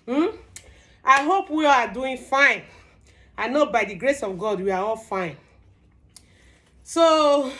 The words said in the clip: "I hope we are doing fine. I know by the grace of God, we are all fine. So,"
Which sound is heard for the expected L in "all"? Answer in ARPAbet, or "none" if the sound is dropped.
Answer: L